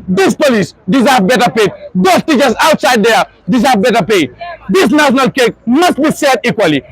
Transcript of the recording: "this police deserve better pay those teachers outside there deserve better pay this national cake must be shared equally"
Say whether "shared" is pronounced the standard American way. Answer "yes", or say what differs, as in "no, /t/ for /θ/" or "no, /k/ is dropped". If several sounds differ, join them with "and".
no, /s/ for /ʃ/